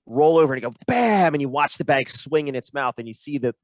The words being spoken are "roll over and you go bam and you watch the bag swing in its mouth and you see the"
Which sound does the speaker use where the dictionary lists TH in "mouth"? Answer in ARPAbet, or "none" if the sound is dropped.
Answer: TH